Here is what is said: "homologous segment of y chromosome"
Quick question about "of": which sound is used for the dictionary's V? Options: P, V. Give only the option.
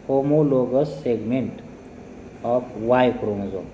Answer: P